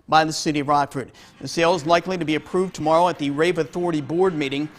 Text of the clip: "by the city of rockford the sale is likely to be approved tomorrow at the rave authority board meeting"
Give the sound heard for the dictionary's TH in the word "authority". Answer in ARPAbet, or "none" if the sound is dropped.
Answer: TH